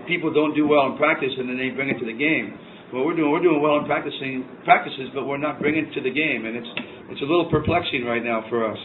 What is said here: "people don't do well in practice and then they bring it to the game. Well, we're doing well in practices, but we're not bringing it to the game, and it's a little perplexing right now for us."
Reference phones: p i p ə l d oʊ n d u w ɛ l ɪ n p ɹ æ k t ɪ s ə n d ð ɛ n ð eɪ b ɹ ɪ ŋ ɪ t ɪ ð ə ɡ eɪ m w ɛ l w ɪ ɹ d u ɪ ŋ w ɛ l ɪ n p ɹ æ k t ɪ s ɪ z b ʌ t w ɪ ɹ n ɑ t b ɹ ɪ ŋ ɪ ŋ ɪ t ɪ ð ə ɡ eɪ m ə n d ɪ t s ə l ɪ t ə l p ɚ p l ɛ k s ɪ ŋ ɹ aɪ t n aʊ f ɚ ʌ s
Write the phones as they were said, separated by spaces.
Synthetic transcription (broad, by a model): p i p l d oʊ n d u w ɛ l ɪ n p ɹ æ k t ɪ s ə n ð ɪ n ð eɪ b ɹ ɪ ŋ ɪ t ɪ ð ə ɡ eɪ m w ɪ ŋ w ɪ ɹ d u ɪ ŋ w ɛ l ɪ n p ɹ æ k t ɪ s ɪ z b ʌ t w ɪ ɹ n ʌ t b ɹ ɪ ɪ ŋ ɪ t ɪ ð ə ɡ eɪ m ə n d ɪ t s ə l ɪ t l p ɚ p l ɛ k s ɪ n ɹ aɪ t n aʊ f ɚ ʌ s